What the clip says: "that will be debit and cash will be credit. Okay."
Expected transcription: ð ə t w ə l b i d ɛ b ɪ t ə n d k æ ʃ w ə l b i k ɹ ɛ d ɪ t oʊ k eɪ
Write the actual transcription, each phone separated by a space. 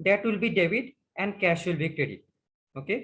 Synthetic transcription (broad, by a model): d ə t w ə l b i d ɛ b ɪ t ə n d k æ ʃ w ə l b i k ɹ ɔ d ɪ oʊ k eɪ